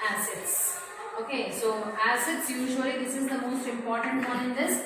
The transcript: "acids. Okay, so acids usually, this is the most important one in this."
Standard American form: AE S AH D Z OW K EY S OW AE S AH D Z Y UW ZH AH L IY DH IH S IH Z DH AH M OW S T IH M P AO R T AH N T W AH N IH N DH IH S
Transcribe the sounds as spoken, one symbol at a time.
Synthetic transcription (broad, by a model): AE S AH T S OW K EY S OW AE S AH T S Y UW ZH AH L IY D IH S IH Z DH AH M OW S T IH M P AO R T AH N T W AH IH N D IH S